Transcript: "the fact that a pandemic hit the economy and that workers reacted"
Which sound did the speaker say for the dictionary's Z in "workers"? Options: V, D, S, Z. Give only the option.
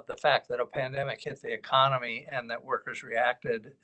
Z